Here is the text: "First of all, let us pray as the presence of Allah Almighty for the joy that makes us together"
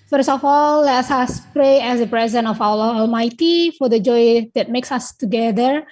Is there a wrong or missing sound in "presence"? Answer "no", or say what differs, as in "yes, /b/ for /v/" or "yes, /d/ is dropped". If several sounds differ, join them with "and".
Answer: yes, /s/ is dropped